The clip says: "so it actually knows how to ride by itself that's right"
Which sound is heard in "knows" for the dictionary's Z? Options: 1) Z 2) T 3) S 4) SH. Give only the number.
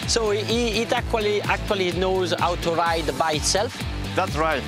1